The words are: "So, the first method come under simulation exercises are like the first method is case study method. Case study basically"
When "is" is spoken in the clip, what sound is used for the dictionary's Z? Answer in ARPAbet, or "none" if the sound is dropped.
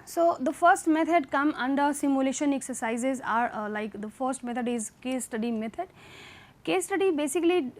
Z